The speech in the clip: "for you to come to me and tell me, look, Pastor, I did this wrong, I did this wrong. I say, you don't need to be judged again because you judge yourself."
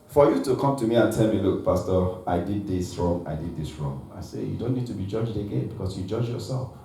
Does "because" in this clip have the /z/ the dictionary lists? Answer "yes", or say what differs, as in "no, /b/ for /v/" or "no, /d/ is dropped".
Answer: no, /s/ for /z/